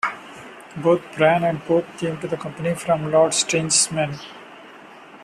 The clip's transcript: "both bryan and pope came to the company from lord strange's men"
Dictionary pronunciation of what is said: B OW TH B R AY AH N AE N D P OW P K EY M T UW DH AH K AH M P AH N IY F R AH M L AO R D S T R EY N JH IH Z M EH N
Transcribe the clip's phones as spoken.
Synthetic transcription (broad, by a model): B OW T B R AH N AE N D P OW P K EY M T UW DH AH K AH M P AH N IY F R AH M L AO R D S T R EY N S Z M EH N